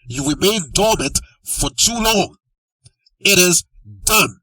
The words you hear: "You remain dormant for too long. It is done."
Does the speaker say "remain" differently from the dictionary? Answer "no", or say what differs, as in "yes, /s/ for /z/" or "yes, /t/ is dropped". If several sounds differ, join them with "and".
yes, /w/ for /ɹ/